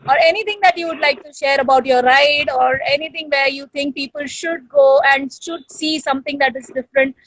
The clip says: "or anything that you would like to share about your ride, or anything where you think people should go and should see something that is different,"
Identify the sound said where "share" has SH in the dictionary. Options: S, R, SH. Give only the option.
SH